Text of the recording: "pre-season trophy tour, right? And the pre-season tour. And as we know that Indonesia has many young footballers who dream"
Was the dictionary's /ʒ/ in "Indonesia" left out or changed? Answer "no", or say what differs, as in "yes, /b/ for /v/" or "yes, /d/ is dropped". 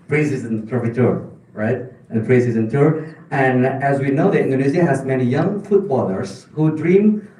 yes, /z/ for /ʒ/